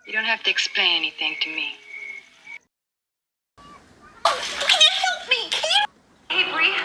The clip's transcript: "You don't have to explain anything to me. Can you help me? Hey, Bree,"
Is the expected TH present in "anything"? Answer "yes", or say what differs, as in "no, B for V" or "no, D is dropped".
yes